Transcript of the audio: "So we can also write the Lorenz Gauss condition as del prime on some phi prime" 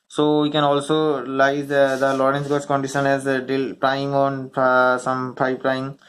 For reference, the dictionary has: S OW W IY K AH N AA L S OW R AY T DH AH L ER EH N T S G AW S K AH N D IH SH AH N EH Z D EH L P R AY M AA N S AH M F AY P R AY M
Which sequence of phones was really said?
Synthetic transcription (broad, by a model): S OW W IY K AH N AA L S OW L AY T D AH L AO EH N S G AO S K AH N D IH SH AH N EH Z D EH L P R AY M AA N S AH M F AY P R AY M